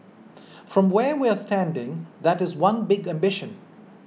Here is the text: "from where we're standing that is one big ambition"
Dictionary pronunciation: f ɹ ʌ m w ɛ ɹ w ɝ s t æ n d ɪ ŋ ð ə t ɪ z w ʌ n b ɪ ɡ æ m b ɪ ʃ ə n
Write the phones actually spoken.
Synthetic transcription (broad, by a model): f ɹ ʌ m w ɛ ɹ w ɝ s t æ n d ɪ ŋ ð ə t ɪ z w ʌ n b ɪ ɡ æ m b ɪ ʃ ə n